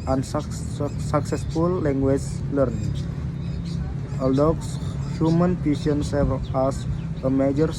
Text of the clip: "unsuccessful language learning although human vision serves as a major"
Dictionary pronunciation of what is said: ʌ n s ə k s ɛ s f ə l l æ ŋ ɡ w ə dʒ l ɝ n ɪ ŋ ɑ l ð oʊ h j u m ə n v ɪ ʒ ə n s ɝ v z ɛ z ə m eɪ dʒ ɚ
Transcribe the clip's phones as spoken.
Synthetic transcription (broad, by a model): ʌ n s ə k s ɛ s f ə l l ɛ ŋ ɡ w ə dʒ l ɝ n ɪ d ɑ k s h j u m ə n p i s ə n s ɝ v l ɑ s ə m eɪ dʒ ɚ